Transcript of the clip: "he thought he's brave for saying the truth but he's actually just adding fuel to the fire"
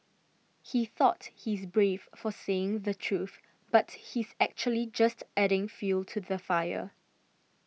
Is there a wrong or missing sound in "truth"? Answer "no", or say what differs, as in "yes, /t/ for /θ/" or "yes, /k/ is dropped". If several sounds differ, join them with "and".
no